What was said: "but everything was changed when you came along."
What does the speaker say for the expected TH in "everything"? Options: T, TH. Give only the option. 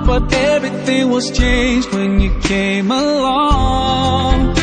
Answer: TH